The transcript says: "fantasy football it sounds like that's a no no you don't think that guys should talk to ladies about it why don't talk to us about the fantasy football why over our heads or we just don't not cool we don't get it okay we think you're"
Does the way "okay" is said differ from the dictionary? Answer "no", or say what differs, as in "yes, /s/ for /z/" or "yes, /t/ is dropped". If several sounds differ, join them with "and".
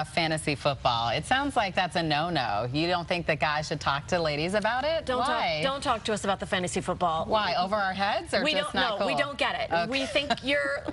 yes, /k/ is dropped